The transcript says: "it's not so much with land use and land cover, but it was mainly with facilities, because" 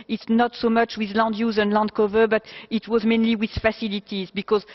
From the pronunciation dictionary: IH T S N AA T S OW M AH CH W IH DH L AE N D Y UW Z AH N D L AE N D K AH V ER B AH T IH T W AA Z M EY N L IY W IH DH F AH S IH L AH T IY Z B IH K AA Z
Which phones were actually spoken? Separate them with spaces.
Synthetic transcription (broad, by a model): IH T S N AA T S OW M AH CH W IH DH L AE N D Y UW Z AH N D L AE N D K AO V ER B AH T IH T W AA Z M EY N L IY W IH DH F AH S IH L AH T IY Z B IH K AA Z